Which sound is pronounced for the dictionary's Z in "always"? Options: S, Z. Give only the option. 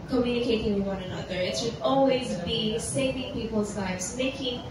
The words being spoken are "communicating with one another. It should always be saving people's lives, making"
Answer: Z